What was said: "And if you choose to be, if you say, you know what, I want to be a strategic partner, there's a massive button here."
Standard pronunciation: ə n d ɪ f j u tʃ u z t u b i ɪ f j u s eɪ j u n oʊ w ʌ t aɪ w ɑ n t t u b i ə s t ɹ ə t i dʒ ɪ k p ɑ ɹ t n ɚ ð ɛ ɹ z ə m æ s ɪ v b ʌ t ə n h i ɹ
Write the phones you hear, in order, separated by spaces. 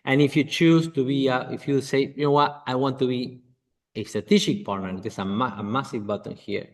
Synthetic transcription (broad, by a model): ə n ɪ f j u tʃ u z t u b i ɪ f j u s eɪ j u n oʊ w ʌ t aɪ w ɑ n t t u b i ə s t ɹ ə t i ʃ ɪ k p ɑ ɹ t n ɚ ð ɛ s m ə m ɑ s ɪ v b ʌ t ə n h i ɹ